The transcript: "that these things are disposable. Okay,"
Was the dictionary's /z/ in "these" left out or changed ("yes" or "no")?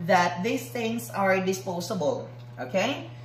yes